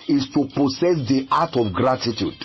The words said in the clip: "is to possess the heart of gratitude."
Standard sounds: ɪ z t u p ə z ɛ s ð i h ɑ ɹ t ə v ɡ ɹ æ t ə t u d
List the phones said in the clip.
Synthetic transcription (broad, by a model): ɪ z t u p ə s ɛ s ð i ɑ t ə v ɡ ɹ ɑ t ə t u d